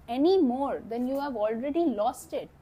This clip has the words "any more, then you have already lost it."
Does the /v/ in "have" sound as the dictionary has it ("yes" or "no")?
yes